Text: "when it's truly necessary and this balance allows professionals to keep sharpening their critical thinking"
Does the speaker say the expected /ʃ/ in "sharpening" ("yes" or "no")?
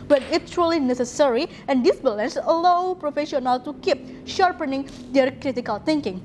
yes